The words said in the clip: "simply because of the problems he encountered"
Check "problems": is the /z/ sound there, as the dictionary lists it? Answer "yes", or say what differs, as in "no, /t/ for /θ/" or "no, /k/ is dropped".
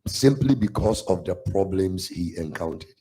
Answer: no, /s/ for /z/